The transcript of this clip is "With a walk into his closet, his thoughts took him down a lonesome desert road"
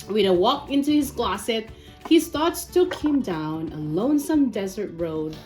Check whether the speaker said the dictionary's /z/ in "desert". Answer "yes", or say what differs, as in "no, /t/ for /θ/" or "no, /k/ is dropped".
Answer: yes